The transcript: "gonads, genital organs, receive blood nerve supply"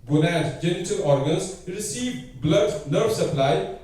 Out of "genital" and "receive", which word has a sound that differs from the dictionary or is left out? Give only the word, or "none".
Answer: none